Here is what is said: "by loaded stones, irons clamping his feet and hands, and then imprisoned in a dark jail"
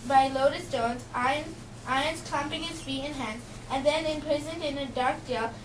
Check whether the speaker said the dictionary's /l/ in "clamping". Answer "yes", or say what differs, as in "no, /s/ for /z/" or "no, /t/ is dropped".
no, /l/ is dropped